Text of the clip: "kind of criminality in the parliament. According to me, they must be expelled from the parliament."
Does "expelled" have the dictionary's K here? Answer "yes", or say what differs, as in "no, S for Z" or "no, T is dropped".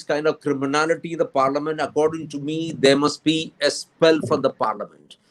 no, K is dropped